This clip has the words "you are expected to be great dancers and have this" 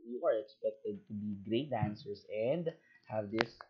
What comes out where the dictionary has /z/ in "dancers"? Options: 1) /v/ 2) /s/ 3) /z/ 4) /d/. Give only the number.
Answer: 2